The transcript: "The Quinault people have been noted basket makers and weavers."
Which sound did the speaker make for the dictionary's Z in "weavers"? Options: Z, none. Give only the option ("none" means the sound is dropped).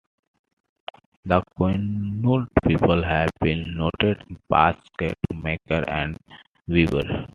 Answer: none